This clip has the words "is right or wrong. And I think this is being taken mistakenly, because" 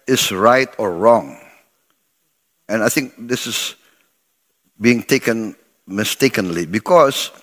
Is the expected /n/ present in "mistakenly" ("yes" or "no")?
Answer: yes